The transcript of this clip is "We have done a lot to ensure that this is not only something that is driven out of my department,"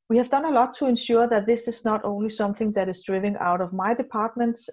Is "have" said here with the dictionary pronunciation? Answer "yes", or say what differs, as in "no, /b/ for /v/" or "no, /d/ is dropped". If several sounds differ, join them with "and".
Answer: yes